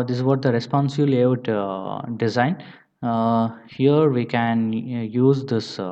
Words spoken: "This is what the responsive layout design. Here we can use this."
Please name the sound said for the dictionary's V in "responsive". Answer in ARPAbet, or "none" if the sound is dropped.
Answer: B